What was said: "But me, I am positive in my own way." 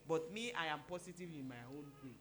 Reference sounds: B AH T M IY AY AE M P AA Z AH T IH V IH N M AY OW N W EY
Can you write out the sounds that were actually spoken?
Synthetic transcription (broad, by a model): B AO T M IY AY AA M P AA S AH T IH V IH N M AY OW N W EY